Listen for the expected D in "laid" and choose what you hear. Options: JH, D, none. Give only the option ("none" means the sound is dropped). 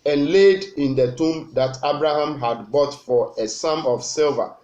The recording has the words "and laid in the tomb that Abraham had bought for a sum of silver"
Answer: D